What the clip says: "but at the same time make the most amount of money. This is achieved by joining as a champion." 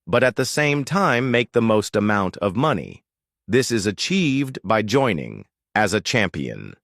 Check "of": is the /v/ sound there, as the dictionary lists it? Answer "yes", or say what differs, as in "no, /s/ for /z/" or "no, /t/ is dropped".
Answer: yes